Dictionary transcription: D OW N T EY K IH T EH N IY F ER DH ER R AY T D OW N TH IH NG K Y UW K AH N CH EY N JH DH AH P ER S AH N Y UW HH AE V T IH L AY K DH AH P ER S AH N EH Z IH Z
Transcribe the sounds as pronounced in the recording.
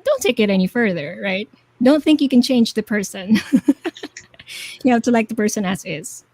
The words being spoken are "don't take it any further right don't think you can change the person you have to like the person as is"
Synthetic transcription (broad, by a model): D OW N T EY K IH T EH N IY F ER DH ER R AY T D OW N TH IH NG K Y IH K AH N CH EY N JH DH AH P ER S AH N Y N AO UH T IH L AY K DH AH P ER S AH N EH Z IH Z